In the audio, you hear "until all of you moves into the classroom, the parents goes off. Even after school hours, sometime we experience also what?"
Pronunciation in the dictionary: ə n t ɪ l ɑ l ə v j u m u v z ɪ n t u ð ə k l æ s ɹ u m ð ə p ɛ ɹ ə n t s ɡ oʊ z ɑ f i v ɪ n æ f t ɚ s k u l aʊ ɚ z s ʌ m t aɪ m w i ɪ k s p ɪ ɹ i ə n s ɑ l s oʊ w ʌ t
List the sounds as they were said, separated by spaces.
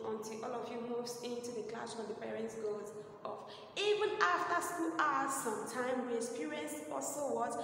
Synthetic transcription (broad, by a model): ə n t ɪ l ɑ l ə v j u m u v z ɪ n t u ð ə k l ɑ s w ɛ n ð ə p ɛ ɹ ə n t s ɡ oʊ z ɑ f i v ɪ n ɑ f t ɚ s k u l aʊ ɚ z s ʌ m t aɪ m w i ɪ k s p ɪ ɹ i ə n s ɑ s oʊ w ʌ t